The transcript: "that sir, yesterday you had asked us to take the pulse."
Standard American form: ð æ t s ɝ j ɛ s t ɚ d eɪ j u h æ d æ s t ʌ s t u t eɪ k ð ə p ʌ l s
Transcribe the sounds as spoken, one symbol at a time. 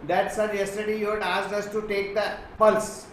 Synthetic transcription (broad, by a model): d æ t s ɝ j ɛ s t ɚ d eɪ j u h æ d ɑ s ʌ s t u t eɪ k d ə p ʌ l s